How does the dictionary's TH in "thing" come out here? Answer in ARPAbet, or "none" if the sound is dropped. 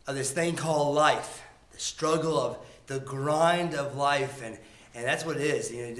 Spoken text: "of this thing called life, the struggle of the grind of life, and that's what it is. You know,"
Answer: TH